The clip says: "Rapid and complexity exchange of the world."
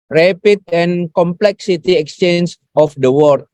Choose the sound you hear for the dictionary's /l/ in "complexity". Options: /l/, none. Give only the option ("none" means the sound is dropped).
/l/